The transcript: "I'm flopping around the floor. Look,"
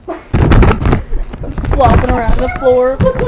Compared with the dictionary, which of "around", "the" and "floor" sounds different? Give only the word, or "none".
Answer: none